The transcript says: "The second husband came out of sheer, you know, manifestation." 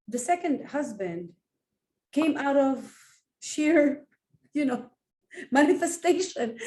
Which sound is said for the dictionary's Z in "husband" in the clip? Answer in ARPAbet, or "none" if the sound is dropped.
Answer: Z